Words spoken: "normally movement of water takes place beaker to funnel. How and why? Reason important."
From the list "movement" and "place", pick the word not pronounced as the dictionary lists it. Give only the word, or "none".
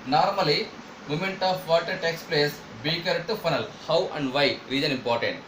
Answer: movement